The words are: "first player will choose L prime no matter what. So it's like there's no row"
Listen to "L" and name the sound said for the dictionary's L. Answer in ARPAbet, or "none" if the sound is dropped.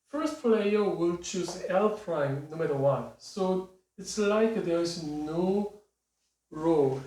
L